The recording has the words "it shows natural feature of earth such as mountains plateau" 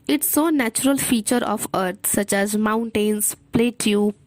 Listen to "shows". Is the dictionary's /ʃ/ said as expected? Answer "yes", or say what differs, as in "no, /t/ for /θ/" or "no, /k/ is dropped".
no, /s/ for /ʃ/